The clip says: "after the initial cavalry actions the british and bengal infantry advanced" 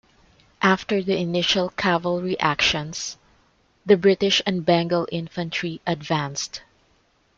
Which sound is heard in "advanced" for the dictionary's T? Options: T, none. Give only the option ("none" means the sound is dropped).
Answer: T